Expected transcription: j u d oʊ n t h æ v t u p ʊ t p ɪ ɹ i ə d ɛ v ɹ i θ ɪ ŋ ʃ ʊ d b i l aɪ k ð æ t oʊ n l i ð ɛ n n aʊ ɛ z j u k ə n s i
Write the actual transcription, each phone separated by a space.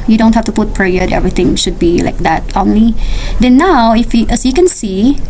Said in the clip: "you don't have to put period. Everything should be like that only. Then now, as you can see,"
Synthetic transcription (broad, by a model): j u d oʊ n t h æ f t u p ʊ t p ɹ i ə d ɛ v ɹ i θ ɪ ŋ ʃ ʊ d b i l aɪ k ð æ t oʊ n l i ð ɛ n n aʊ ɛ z j u k ə n s i